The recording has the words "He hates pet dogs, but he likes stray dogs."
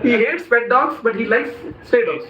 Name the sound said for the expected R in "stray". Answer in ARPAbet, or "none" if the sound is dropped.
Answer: none